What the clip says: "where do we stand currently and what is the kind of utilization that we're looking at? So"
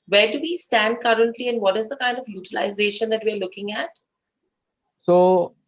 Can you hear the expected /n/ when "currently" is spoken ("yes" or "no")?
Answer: yes